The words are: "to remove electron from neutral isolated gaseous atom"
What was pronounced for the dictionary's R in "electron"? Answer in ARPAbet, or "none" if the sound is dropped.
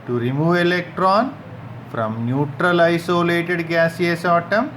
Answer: R